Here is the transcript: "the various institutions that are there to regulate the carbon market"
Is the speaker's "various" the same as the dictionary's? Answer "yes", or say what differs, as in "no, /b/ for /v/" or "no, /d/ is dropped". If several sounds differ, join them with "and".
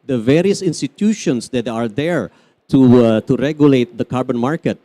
yes